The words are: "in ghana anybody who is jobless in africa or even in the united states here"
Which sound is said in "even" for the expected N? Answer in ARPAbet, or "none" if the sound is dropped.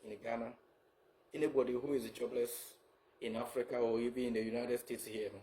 none